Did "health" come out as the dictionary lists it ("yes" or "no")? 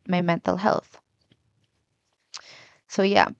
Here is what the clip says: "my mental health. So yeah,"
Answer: yes